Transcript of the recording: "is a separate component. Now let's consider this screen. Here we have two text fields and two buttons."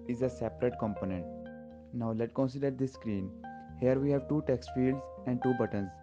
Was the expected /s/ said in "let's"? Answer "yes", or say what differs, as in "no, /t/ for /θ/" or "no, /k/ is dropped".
no, /s/ is dropped